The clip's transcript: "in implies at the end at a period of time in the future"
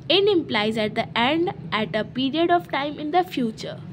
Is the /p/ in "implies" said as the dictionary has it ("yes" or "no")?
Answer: yes